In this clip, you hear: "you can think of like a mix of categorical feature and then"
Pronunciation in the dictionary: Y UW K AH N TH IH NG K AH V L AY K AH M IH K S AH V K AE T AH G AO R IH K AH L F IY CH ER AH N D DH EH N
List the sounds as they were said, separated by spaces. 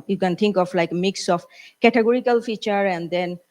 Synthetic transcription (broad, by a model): Y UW K AH N T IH NG K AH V L AY K M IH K S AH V K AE T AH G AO R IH K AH L F IY CH ER AH N D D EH N